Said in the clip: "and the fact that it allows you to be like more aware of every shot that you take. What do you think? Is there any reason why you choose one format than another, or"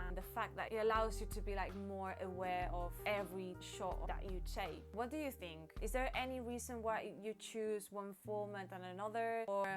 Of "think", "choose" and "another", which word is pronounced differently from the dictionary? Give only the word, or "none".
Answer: none